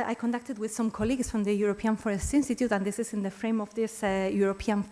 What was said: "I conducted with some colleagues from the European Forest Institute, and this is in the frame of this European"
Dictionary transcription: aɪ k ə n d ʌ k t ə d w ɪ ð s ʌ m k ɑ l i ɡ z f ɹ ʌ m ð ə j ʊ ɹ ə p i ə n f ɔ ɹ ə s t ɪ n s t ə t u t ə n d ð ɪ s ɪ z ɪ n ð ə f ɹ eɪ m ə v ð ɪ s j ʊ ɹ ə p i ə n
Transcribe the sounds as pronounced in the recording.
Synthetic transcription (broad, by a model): aɪ k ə n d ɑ k t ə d w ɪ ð s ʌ m k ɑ l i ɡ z f ɹ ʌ m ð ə j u ɹ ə p i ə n f ɔ ɹ ə s t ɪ n s t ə t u t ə n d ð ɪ s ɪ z ɪ n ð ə f ɹ eɪ m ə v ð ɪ s j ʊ ɹ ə p i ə n